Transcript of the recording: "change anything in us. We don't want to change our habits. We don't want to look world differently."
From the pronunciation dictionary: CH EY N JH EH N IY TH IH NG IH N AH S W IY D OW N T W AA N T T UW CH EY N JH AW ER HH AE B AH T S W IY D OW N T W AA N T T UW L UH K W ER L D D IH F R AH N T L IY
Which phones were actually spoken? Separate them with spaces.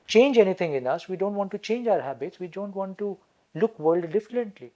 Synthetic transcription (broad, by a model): CH EY N JH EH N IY T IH NG IH N AH S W IY D OW N T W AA N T T UW CH EY N JH AW ER HH AE B AH T S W IY D OW N T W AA N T T UW L UH K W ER L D D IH F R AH N T L IY